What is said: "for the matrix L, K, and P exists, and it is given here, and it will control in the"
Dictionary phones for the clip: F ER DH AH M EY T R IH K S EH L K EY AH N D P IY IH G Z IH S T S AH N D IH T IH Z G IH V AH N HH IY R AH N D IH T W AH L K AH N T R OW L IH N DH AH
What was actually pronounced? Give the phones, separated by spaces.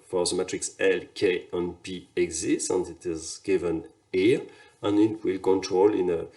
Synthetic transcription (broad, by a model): F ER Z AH M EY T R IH K S EH L K EY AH N P IY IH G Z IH S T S AH N D IH T IH Z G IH V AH N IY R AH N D IH T W AH L K AH N T R OW L IH N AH